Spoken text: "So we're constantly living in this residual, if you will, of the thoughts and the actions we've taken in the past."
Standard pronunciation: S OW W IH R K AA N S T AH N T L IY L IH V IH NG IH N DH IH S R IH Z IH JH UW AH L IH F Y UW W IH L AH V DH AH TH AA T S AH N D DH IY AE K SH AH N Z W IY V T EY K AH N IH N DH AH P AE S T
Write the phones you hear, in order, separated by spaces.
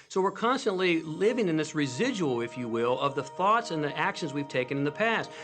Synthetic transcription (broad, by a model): S OW W IH R K AA N S T AH N T L IY L IH V IH NG IH N DH IH S R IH Z IH JH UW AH L IH F Y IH W IH L AH V DH AH TH AA T S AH N DH IY AE K SH AH N Z W IY V T EY K AH N IH N DH AH P AE S T